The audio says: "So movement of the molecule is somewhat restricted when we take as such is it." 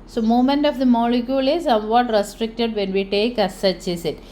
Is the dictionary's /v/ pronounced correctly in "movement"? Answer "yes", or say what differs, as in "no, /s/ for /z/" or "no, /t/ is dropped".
no, /v/ is dropped